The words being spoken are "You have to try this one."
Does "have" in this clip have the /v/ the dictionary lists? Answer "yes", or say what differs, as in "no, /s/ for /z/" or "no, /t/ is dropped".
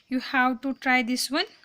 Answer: no, /w/ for /v/